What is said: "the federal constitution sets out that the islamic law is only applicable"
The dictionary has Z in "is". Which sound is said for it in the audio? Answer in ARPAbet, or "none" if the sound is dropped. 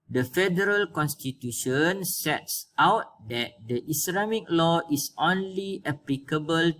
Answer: S